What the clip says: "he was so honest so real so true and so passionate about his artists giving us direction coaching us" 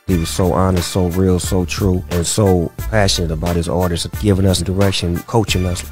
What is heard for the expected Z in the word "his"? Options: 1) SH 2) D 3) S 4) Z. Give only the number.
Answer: 4